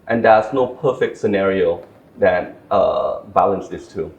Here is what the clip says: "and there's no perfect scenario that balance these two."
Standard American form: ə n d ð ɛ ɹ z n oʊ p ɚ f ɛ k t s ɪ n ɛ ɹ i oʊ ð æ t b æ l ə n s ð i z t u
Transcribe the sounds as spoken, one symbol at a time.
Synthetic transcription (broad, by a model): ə n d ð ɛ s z n oʊ p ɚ f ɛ k t s ɪ n ɛ ɹ i oʊ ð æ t b æ l ə n s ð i s t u